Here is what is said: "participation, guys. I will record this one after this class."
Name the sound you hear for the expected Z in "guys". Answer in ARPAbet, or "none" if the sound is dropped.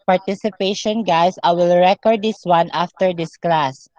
S